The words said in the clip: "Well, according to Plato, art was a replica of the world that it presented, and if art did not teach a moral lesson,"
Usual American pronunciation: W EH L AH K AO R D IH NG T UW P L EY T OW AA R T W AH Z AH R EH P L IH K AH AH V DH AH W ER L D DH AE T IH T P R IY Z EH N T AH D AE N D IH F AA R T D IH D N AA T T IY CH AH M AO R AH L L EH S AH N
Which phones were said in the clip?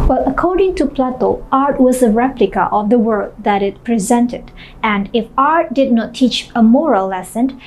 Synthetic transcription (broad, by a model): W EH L AH K AO R D IH NG T UW P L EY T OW AA R T W AH Z AH R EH P L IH K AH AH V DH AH W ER D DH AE T IH T P R IY Z EH N T AH D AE N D IH F AA R T D IH D N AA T T IY CH AH M AO R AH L L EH S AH N